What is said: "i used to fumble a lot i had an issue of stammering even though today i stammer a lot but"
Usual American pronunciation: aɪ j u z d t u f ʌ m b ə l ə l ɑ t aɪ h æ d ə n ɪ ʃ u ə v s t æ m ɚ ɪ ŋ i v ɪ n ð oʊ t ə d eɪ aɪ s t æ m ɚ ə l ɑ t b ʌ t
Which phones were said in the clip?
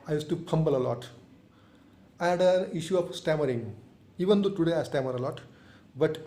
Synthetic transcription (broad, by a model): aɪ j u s t u p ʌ m b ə l ə l ɑ t aɪ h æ d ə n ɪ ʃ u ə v s t æ m ɚ ɪ ŋ i v ɪ n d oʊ t ə d eɪ aɪ s t æ m ɚ ə l ɑ t b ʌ t